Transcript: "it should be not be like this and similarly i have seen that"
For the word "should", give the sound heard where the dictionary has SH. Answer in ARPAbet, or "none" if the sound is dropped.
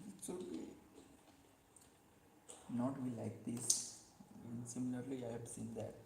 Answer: S